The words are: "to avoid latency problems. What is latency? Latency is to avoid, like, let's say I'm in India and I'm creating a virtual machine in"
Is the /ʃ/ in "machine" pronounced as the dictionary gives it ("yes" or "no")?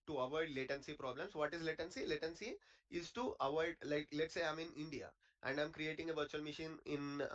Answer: yes